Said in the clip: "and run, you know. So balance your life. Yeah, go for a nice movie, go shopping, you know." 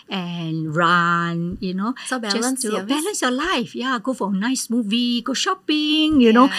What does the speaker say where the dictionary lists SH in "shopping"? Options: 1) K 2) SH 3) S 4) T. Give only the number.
2